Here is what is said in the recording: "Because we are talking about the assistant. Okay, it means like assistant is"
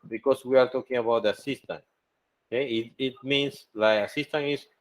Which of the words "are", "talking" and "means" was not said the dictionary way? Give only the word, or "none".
means